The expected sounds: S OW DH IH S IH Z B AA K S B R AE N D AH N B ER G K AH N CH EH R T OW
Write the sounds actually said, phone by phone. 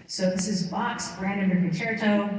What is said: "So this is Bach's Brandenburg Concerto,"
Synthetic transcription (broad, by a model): S OW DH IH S IH Z B AA K S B R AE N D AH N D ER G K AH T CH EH R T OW